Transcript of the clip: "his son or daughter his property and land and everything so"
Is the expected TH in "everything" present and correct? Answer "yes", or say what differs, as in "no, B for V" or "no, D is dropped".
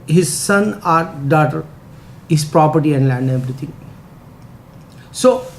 no, T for TH